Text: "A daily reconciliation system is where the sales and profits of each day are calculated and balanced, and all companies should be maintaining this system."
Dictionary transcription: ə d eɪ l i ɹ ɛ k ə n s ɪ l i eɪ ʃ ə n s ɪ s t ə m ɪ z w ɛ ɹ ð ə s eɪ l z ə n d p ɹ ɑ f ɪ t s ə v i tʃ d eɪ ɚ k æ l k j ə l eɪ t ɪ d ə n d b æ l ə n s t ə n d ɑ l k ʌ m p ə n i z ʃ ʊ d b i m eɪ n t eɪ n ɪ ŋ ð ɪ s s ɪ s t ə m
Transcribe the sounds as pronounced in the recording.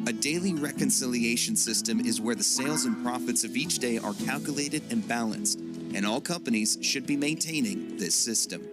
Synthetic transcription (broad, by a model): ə d eɪ l i ɹ ɛ k ə n s ɪ l i eɪ ʃ ə n s ɪ s t ə m ɪ z w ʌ ɹ ð ə s eɪ l z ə n p ɹ ɑ f ɪ t s ə v i tʃ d eɪ ɚ k æ l k j ə l eɪ t ɪ d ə n b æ l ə n s t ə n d ɑ l k ʌ m p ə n i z ʃ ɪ d b i m eɪ n t eɪ n ɪ ŋ ð ɪ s s ɪ s t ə m